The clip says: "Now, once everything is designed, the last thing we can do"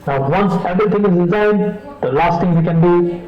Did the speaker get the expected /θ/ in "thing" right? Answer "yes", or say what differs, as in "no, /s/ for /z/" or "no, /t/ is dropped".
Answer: no, /t/ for /θ/